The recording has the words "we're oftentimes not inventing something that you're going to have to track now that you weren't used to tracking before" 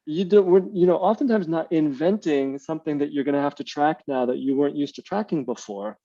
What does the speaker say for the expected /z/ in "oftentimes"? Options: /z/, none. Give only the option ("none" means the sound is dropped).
/z/